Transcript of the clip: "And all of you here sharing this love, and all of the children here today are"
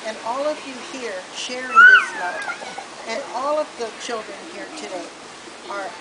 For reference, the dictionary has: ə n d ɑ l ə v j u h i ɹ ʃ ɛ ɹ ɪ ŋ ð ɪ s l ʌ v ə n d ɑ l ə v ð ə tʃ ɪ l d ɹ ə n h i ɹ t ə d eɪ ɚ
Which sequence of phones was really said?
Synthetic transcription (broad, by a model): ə n ɑ l ə v j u h i ɹ ʃ ɛ ɹ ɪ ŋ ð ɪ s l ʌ ə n ɑ l ə v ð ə tʃ ɪ l d ɹ ə n h i ɹ t ə d eɪ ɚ